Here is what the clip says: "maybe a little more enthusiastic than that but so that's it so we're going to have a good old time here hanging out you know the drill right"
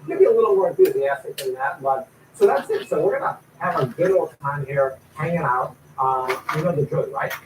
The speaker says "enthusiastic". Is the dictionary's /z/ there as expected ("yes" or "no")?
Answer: yes